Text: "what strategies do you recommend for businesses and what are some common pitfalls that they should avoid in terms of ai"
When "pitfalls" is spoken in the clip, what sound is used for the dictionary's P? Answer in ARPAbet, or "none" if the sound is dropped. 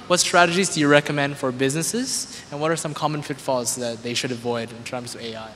F